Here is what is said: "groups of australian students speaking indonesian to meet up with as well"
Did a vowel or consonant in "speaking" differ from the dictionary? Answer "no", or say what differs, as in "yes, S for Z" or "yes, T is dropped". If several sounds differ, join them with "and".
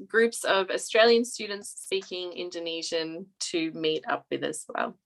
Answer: yes, P is dropped